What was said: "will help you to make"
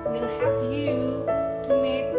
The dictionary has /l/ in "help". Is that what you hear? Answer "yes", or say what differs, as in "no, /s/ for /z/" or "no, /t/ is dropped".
no, /l/ is dropped